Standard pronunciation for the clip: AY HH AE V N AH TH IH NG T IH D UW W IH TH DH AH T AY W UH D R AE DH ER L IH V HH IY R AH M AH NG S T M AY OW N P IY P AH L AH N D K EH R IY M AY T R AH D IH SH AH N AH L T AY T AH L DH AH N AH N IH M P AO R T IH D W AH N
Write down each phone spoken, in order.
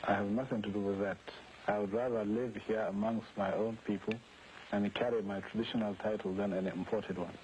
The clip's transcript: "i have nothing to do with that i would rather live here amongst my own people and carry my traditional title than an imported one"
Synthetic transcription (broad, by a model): AY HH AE V N AH TH IH NG T IH D UW W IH DH AH T AY W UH D R AE DH ER L IH V HH IY R AH M AH NG S T M AY OW N P IY P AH L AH N K EH R IY M AY T R AH D IH SH AH N AH L T AY T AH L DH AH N AH N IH M P AO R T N W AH N